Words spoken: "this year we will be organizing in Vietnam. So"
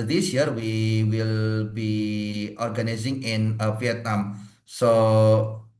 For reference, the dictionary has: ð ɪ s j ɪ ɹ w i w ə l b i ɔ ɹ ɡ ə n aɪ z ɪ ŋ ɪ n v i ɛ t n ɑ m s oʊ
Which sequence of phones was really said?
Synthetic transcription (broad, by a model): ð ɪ s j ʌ ɹ w i w ə l b i ɔ ɹ ɡ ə n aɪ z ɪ ŋ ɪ n f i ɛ t n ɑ m s oʊ